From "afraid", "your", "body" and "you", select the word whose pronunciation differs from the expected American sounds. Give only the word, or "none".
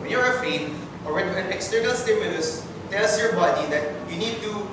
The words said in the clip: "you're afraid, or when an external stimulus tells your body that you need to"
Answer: afraid